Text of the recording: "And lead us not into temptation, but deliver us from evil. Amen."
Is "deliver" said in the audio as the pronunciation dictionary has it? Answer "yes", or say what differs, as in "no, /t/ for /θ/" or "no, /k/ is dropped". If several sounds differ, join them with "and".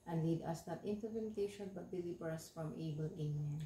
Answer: no, /b/ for /v/